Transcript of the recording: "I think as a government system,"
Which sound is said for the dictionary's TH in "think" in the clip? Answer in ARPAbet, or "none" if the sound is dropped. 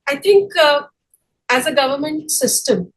T